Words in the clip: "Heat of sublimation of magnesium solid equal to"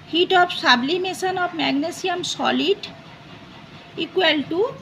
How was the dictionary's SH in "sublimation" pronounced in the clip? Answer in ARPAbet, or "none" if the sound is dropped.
S